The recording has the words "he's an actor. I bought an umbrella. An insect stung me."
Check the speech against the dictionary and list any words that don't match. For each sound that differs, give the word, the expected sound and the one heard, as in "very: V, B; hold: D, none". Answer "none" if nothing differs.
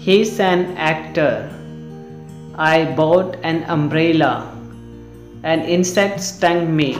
none